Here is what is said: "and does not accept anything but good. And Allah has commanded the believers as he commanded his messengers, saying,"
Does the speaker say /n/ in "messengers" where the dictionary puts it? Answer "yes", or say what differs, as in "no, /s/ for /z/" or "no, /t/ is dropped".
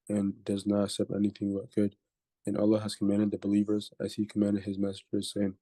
no, /n/ is dropped